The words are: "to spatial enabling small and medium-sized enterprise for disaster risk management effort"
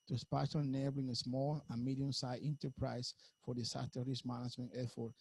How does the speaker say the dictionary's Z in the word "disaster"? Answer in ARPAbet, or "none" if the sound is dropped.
S